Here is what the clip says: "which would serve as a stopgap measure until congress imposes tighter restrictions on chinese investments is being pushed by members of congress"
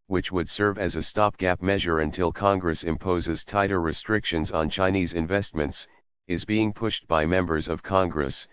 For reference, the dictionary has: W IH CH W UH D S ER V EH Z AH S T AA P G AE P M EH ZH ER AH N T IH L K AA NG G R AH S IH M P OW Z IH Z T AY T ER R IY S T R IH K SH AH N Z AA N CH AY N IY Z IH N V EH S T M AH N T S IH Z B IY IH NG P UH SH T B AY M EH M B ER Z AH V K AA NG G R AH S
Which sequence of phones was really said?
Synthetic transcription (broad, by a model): W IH CH W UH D S ER V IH Z AH S T AA P G AE P M EH ZH ER AH N T IH L K AA NG G R AH S IH M P OW Z IH Z T AY T ER R IY S T R IH K SH AH N Z N CH AY N IY Z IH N V EH S T M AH N T S IH Z B IY IH NG P UH SH T B AY M EH M B ER Z AH V K AA NG G R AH S